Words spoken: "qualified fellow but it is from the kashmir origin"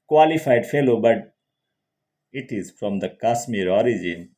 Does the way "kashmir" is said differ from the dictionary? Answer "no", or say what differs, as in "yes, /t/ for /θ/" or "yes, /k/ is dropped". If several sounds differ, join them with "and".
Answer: yes, /s/ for /ʃ/